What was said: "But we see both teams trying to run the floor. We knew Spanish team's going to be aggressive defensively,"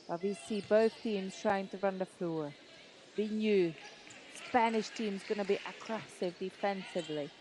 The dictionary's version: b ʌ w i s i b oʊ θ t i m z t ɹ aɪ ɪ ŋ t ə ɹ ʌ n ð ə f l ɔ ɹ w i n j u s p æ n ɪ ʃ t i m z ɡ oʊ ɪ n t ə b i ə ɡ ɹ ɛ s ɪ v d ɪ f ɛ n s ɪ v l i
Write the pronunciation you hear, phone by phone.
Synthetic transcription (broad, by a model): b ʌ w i s i b oʊ θ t i m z t ɹ aɪ ɪ ŋ t ə ɹ ʌ n ð ə f l ɔ ɹ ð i n j u s p æ n ɪ ʃ t i m z ɡ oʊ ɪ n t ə b i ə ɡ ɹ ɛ s ɪ v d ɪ f ɛ n s ɪ v l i